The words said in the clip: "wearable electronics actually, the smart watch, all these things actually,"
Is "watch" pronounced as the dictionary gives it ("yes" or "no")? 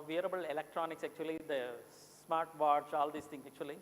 no